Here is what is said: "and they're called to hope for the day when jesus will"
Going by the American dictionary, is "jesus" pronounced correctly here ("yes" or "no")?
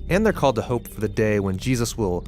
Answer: yes